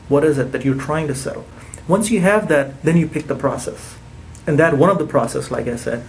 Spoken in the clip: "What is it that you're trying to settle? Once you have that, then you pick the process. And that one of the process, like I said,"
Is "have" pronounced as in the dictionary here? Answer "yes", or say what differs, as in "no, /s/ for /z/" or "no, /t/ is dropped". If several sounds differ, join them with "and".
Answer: yes